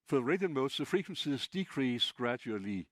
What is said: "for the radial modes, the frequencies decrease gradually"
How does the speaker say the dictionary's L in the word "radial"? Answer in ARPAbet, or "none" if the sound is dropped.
N